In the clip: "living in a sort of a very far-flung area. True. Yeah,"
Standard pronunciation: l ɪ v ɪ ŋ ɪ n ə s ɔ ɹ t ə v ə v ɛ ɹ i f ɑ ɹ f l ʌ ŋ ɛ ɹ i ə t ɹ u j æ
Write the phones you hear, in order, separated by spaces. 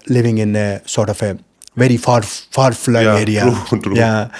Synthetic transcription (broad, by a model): l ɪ v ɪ ŋ ɪ n ə s ɔ ɹ t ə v ə v ɛ ɹ i f ɑ ɹ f ɑ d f l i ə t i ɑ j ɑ